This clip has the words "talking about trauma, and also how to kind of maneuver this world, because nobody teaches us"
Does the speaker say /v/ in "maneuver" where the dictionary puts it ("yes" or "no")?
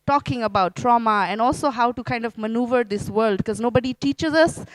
yes